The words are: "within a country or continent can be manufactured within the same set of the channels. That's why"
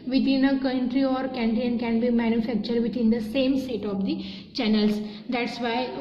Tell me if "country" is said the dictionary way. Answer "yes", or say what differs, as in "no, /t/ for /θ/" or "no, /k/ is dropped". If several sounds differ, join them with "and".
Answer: yes